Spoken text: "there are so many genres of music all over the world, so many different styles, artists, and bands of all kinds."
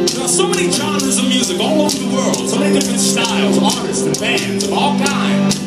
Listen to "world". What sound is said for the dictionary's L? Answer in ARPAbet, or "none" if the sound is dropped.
L